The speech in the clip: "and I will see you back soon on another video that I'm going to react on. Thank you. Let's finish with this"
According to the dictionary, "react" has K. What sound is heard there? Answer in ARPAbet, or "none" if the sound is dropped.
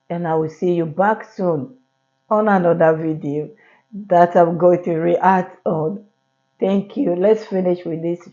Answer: none